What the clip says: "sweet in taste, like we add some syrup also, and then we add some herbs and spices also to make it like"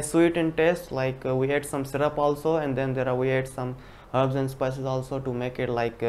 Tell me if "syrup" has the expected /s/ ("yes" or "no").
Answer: yes